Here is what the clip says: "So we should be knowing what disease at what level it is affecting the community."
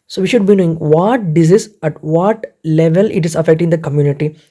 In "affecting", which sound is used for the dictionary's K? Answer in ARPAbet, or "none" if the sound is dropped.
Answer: K